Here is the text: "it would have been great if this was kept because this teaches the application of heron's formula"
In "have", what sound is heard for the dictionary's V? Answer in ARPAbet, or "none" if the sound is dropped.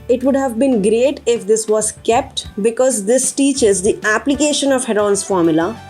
V